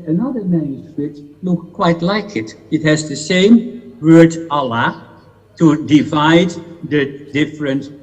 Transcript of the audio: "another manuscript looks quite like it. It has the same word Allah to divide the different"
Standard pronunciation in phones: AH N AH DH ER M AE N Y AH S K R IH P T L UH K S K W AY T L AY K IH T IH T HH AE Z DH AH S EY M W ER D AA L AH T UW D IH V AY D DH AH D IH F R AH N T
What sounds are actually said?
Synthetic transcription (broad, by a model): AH N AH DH ER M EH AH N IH T L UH K K W AY T L AY K IH T IH T HH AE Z DH AH S EY M W ER D AA L AH T UW D IH V AY D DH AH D IH F R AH N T